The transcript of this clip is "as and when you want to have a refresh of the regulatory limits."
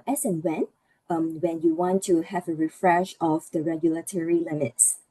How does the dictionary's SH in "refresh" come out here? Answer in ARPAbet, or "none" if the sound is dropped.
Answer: SH